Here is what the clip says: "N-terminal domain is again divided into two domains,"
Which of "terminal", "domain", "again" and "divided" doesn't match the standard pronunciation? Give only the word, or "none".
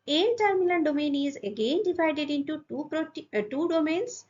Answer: terminal